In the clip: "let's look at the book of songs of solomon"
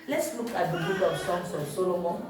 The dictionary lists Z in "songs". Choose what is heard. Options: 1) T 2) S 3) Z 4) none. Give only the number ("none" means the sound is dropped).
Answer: 2